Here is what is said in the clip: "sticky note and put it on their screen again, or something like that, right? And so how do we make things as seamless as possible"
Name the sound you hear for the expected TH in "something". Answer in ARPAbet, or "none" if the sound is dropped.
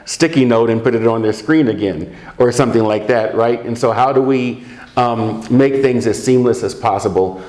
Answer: TH